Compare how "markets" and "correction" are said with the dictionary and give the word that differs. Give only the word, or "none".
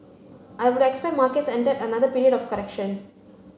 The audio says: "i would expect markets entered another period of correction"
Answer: none